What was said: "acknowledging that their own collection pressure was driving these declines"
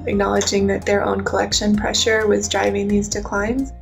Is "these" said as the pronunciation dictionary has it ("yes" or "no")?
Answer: yes